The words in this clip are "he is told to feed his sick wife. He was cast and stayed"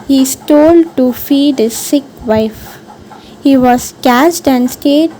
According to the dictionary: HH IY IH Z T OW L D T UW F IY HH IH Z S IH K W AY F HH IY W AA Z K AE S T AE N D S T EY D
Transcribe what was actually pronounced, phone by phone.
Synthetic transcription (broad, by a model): HH IY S T OW L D T UW F IY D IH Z S IH K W AY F HH IY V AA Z K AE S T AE N D S T EY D